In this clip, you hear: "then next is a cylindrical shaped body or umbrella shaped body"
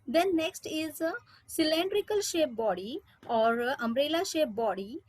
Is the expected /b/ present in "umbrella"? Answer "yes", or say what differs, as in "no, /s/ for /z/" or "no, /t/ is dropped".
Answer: no, /b/ is dropped